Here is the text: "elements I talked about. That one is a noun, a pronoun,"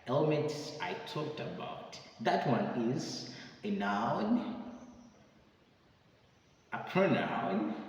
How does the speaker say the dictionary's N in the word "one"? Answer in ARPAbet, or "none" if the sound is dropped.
N